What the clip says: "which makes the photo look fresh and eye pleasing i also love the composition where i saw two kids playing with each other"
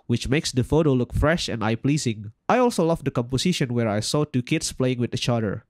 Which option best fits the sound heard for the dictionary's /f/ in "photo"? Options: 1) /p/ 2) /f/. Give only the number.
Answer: 2